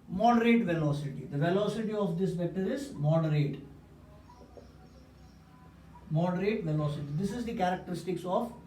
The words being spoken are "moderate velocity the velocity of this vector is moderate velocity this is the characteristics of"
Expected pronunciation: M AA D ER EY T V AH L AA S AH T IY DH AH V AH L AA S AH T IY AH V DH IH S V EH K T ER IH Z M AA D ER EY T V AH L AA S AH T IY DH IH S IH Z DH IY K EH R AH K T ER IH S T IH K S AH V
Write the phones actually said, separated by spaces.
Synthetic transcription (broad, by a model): M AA D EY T V AH L AA S AH T IY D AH V AH L AA S AH T IY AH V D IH S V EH T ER IH Z M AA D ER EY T V AH L AA S AH T IY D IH S IH Z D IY K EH R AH K T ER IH S T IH K S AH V